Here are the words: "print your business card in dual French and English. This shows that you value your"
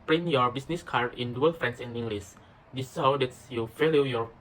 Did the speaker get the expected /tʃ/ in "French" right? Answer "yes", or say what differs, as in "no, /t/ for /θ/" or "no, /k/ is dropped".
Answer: no, /s/ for /tʃ/